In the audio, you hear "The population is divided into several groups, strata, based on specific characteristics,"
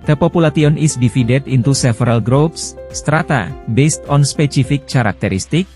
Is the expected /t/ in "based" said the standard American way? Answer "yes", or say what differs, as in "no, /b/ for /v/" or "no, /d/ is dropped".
yes